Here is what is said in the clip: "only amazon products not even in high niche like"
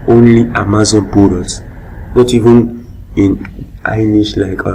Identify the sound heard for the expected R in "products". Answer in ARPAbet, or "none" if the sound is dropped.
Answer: none